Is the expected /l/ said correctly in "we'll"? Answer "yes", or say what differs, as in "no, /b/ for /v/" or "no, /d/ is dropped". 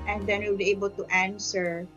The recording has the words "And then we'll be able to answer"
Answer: no, /w/ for /l/